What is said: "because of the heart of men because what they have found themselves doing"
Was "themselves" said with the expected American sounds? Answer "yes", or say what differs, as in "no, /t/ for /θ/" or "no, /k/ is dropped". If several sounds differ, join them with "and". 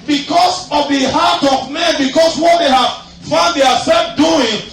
no, /m/ is dropped